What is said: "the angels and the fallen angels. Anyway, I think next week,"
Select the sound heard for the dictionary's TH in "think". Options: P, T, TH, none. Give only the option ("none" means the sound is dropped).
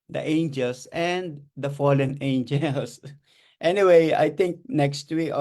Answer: T